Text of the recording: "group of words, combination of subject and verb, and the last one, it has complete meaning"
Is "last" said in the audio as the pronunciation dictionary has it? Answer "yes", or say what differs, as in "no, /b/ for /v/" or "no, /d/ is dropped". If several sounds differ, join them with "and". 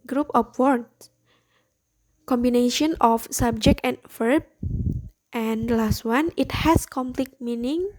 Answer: yes